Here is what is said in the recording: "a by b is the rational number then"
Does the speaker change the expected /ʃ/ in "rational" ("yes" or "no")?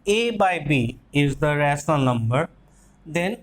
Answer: yes